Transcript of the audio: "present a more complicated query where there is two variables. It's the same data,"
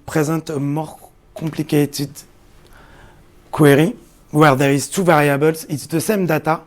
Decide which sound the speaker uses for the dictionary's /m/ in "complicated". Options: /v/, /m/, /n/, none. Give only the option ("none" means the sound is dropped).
none